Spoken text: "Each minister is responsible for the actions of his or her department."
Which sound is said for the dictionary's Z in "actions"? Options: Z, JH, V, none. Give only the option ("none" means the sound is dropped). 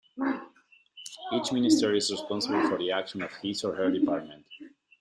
none